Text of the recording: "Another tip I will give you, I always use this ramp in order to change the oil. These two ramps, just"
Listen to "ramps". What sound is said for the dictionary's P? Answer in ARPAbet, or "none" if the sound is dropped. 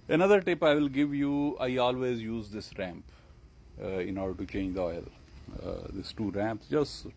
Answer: P